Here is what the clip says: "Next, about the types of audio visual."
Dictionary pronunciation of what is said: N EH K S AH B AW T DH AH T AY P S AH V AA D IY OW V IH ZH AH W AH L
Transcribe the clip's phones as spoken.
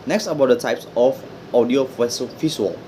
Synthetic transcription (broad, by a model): N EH K S AH B AW T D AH T AY P S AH F AA D IY OW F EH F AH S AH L